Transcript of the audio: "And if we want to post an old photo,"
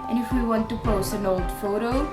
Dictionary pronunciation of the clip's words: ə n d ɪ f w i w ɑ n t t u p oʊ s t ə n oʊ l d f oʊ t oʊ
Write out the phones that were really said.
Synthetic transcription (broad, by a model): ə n ɪ f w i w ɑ n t t u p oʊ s ə n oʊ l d f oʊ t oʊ